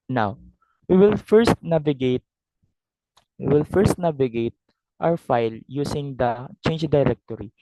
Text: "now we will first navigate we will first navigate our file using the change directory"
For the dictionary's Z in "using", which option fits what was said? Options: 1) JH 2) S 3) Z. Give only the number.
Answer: 2